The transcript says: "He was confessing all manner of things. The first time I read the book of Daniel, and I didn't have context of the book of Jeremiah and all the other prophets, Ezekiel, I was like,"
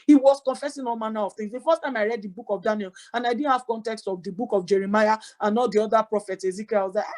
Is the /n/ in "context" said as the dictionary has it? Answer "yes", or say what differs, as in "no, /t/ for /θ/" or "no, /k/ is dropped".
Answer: yes